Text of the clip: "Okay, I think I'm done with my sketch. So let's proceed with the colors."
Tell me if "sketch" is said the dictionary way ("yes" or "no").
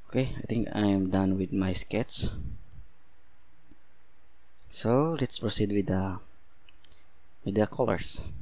no